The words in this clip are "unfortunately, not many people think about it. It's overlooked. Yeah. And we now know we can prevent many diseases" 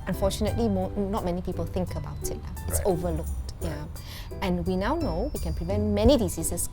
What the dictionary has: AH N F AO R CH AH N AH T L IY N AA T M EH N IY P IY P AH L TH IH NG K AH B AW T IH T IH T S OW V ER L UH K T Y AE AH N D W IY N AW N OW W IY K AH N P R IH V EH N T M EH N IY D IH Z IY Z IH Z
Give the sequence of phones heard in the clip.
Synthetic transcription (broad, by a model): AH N F AO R CH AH N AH T L IY N AA T M EH N IY P IY P AH L TH IH NG K AH B AW T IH T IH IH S OW V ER L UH K T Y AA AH N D W IY N AW N OW W IY K AH N P R IH V EH N T M EH N IY D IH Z IY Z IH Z